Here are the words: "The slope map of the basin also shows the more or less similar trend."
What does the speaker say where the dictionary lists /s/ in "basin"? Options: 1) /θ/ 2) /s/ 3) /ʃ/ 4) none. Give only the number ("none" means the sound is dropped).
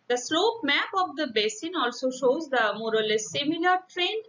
2